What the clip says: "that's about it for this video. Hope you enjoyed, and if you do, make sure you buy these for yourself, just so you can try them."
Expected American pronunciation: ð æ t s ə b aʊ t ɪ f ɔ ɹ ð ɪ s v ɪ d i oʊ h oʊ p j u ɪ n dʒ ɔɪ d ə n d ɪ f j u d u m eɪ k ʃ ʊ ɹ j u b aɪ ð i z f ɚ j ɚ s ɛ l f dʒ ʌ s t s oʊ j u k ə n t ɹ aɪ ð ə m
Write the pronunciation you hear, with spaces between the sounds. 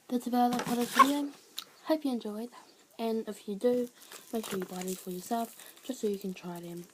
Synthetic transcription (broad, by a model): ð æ t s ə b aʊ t ɪ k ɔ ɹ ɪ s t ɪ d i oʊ h oʊ p j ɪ ɪ n dʒ ɔɪ d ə n ɪ f j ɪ d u m eɪ k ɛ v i b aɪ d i f ɚ j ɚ s ɛ l f dʒ ʌ s t s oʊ j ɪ k ə n t ɹ aɪ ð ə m